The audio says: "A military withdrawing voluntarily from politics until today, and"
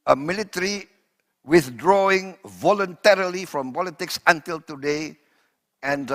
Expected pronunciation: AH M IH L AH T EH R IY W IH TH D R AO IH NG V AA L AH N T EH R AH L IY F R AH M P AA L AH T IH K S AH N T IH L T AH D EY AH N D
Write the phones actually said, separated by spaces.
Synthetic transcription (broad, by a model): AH M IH L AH T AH R IY W IH TH D R AO IH NG V AA L AH N T EH R AH L IY F R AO M P AA L AH T IH K S AH N T IH L T AH D EY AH N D